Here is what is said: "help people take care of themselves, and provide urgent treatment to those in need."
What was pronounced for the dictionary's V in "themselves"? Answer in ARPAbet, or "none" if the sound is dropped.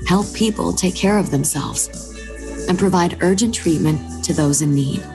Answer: V